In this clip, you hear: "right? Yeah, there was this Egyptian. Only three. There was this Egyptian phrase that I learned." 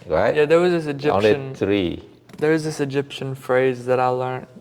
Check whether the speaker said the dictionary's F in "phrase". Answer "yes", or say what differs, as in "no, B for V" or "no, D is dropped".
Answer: yes